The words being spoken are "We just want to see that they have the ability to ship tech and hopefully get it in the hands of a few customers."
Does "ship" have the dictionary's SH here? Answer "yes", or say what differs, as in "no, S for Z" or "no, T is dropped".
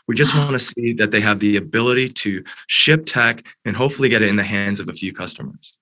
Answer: yes